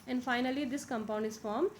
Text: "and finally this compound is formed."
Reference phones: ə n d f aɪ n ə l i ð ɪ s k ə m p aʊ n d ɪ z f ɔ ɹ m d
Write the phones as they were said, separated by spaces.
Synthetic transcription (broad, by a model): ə n d f aɪ n ə l i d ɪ s k ə m p aʊ n d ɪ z f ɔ ɹ m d